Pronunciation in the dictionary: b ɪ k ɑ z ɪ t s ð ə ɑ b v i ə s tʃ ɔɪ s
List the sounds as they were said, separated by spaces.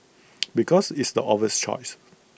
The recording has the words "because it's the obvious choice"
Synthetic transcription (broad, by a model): b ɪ k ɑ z ɪ t s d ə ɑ v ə s tʃ ɔɪ s